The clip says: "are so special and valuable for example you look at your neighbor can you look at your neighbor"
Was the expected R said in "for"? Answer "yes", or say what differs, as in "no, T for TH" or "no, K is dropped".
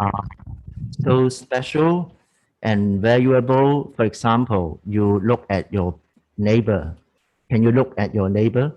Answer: yes